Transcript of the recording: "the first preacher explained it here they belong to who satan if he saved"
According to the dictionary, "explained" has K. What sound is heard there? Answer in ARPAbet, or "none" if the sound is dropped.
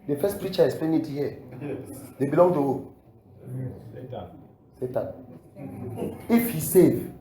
none